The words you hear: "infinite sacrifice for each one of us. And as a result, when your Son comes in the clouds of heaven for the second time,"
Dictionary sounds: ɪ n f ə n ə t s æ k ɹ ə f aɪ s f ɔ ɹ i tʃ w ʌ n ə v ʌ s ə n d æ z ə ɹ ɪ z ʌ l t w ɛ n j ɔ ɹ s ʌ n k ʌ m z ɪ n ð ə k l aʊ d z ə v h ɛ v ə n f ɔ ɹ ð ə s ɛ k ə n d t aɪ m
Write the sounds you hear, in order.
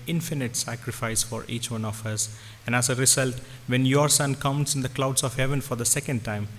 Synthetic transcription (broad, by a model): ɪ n f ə n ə t s æ k ɹ ə f aɪ s f ɔ ɹ i tʃ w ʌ n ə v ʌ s ə n d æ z ə ɹ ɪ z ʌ l t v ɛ n j ɔ ɹ s ʌ n k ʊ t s ɪ n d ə k l aʊ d s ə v h ɛ v ə n f ɔ ɹ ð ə s ɛ k ə n d t aɪ m